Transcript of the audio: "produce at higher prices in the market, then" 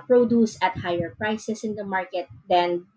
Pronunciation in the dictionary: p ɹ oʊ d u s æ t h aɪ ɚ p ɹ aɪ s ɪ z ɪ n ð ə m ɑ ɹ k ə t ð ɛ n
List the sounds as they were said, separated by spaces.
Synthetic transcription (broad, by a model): p ɹ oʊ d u s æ t h aɪ ɚ p ɹ aɪ s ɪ s ɪ n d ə m ɑ ɹ k ə t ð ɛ n